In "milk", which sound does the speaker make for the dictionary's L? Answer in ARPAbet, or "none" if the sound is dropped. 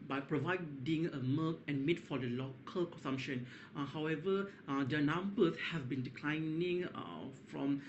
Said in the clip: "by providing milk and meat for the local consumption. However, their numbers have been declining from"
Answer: none